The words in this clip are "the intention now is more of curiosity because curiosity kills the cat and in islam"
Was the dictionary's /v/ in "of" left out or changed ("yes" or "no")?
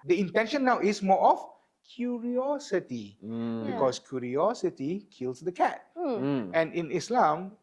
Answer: yes